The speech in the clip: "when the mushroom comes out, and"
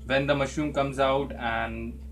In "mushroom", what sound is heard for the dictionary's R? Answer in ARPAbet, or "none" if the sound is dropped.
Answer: none